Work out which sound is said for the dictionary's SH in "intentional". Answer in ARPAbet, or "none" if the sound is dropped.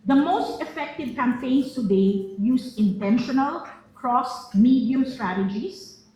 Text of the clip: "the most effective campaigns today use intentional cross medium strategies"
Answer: SH